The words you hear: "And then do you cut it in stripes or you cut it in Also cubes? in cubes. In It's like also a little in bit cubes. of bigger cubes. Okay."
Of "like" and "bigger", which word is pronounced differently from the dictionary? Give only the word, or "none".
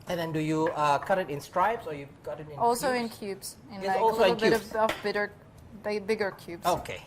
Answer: like